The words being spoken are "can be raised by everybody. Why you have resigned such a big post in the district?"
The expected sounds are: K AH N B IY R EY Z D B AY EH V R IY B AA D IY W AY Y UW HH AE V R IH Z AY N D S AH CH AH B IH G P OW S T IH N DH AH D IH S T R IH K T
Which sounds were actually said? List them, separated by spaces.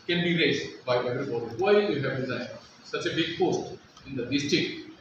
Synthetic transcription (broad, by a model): K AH N B IY R EY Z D B AY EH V R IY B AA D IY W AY Y UW HH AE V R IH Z AY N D S AH CH AH B IH G P OW S T IH N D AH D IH S T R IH K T